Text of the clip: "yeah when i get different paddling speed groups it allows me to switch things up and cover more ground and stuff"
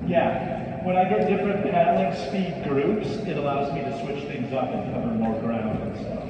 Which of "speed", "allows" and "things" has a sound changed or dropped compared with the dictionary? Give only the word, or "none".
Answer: none